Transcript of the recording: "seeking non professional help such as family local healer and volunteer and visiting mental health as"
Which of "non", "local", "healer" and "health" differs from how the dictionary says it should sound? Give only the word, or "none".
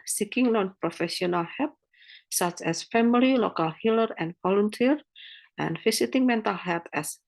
health